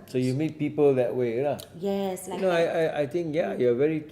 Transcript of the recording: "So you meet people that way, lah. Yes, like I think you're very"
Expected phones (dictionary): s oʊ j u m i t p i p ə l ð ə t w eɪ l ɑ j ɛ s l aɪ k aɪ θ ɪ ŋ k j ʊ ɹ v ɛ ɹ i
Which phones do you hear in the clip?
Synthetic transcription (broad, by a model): s oʊ j u m i t p i p ə l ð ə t w eɪ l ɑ j ɛ s n aɪ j aɪ t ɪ ŋ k j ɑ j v ɛ ɹ i